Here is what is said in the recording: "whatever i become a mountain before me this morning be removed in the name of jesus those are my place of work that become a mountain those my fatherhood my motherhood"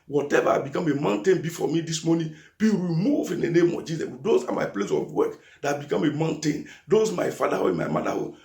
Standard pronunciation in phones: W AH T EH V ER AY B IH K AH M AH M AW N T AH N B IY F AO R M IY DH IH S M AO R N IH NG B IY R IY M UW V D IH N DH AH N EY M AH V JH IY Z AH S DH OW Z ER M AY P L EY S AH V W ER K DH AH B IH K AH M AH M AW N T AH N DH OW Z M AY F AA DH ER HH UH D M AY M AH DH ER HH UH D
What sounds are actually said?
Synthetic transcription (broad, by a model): W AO T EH V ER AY B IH K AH M AH M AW N T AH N B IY F AO M IY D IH S M AO N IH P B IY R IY M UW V IH N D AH N EY M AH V JH IY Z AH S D OW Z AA M AY P L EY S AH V W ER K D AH B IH K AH M AH M AW N T AH N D OW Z M AY F AA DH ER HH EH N M AY M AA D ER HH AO